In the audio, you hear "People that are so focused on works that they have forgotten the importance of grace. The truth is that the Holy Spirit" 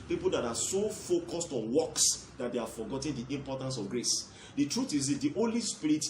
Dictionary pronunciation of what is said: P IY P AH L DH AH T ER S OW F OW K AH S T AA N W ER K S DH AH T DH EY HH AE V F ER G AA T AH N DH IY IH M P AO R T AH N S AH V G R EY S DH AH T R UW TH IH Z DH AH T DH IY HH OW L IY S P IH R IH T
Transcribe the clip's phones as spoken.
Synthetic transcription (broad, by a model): P IY P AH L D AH T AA S OW F OW K AH S T AA N W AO K S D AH T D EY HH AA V F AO G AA T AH N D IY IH M P AO T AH N S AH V G R EY S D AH T R UW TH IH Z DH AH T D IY HH OW L IY S P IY R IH T